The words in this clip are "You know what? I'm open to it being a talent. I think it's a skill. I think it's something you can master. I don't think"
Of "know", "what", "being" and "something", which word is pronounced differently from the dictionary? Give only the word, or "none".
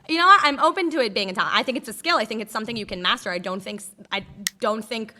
none